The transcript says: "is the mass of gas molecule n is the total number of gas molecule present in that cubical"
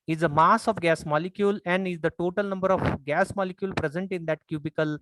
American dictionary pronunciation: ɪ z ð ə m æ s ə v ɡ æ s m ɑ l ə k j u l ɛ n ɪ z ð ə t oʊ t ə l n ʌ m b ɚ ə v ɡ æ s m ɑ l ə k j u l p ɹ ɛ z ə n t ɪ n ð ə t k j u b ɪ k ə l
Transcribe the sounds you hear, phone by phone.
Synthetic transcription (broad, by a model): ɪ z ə m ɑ s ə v ɡ æ s m ɑ l ə k j u l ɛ n ɪ z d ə t oʊ t ə l n ʌ m b ɚ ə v ɡ æ s m ɑ l ə k j u l p ɹ ɛ z ə n t ɪ n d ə t k j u b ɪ k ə l